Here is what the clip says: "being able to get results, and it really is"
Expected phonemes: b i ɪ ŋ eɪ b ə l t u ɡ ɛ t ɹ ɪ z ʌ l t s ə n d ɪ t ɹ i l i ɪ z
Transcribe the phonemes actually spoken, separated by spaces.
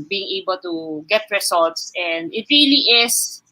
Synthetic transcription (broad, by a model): b i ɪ ŋ eɪ b ə l t u ɡ ɛ t ɹ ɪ s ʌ l t s ə n d ɪ t ɹ i l i ɪ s